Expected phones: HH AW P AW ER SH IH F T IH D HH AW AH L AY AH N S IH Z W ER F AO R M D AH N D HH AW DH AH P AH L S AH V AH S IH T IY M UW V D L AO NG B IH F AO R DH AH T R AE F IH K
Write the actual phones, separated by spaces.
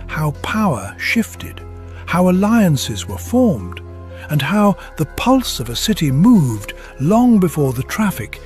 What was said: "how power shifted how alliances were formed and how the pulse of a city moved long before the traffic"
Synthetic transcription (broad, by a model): HH AW P AW ER SH IH F T IH D HH AW AH L AY AH N S IH Z W ER F AO R M D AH N HH AW DH AH P AH L S AH V AH S IH T IY M UW V D L AO NG B IH F AO R DH AH T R AE F IH K